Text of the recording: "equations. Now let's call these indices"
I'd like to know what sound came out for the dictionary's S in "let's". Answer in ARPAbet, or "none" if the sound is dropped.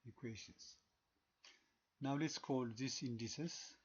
S